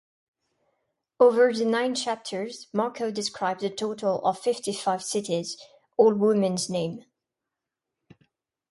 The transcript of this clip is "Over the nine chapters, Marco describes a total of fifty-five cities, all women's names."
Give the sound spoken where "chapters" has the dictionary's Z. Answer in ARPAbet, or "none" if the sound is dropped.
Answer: Z